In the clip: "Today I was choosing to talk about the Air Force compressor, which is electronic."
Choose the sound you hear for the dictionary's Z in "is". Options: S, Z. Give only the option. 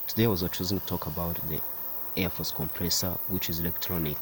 Z